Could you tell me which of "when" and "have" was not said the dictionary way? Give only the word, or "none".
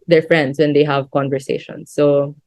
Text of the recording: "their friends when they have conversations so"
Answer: none